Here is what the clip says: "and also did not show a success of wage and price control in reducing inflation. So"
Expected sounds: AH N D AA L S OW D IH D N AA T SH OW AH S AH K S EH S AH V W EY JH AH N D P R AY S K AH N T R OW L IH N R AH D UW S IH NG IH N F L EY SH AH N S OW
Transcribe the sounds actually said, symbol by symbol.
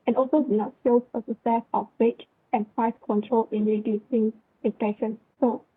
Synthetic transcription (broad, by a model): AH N AA L S OW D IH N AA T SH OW AH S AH S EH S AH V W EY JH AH N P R AY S K AH N T R OW L IH N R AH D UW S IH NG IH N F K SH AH N S OW